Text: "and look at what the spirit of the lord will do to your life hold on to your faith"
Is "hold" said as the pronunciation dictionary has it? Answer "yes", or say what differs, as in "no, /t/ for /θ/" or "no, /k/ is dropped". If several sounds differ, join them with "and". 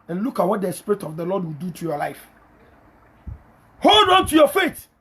yes